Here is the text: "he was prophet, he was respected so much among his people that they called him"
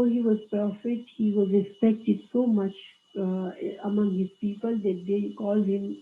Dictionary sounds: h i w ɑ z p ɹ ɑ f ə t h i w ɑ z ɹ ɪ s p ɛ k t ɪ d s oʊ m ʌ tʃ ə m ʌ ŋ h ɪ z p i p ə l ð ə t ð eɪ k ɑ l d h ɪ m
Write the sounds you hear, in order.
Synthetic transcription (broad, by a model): h i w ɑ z p ʌ f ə t h i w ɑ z ɹ ɪ s p ɛ k t ɪ d s oʊ m ʌ tʃ ə m ʌ ŋ h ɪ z p i p ə l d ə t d eɪ k ɑ l d h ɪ m